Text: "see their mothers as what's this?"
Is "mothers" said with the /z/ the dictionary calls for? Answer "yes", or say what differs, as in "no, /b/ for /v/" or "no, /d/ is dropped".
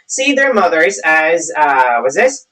yes